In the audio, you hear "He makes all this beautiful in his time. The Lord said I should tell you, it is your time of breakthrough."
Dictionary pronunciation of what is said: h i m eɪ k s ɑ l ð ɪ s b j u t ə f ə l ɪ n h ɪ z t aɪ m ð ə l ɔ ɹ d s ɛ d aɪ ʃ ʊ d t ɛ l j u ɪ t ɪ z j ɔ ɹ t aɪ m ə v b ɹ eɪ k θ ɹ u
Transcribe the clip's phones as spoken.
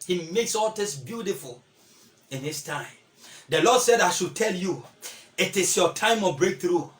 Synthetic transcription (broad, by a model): h i m eɪ k s ɑ l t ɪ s b j u t ə f ə l ɪ n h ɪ s t aɪ m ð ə l ɔ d s ɛ d aɪ ʃ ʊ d t ɛ l j u ɪ t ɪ s j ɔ t aɪ m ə b ɹ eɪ k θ ɹ u